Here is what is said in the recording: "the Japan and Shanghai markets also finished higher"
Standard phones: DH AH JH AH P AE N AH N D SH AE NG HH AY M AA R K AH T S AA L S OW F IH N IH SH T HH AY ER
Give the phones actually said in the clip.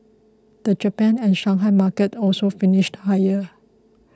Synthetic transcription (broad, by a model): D AH JH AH P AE N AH N SH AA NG HH AY M AA K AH T AA L S OW F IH N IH SH T HH AY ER